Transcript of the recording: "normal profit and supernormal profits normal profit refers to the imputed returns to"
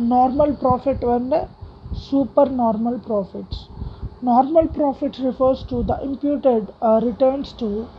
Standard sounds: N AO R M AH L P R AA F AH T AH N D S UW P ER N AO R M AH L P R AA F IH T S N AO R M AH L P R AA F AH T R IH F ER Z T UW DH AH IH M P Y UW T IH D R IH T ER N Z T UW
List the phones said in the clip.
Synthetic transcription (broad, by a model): N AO R M AH L P R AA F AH T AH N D S UW P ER N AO R M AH L P R AA F IH T S N AO R M AH L P R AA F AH T R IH F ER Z T UW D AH IH M P Y UW T IH D R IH T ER N S T UW